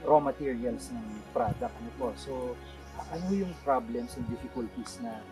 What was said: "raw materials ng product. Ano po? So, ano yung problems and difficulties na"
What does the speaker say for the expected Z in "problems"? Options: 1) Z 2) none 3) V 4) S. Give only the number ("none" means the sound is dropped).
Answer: 4